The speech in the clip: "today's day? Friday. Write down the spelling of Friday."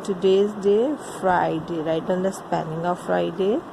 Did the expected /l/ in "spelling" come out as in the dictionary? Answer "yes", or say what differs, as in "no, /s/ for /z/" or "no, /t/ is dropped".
no, /n/ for /l/